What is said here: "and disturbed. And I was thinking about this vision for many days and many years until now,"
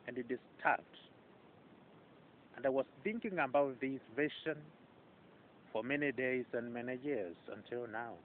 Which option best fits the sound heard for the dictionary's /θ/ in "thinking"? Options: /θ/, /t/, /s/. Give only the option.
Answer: /θ/